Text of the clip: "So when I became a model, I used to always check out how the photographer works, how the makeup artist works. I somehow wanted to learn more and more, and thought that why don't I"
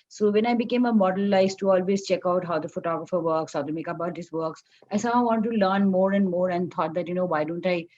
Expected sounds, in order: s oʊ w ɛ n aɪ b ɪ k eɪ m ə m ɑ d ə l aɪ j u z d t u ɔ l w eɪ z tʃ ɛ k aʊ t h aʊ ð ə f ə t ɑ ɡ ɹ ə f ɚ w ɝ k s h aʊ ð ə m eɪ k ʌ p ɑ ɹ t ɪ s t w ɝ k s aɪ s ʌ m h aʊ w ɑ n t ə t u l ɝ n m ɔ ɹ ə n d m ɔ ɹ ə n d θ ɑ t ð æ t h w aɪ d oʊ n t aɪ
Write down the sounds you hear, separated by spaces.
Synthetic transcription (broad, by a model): s oʊ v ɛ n aɪ b ɪ k eɪ m ə m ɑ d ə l aɪ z t u ɔ l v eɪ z tʃ ɛ k aʊ t h aʊ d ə f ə t ɑ ɡ ɹ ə f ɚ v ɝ k s h aʊ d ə m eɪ k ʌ b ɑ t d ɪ s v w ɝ k s aɪ s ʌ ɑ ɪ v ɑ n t t u l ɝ n m ɔ ɹ ə n d m ɔ ɹ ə n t ɑ t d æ t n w aɪ d oʊ n t aɪ